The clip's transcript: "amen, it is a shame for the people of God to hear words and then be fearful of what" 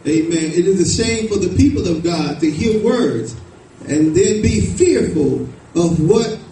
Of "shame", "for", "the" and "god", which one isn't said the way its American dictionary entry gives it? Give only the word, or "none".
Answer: shame